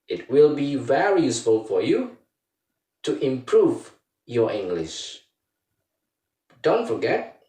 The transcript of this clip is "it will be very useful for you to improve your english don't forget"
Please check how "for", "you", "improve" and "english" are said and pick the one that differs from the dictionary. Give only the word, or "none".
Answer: none